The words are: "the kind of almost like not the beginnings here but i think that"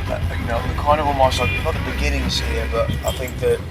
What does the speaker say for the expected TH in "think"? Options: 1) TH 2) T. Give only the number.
1